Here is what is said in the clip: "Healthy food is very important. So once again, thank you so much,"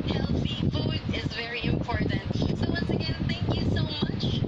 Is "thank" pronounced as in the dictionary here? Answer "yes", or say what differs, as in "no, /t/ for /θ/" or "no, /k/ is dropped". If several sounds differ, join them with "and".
yes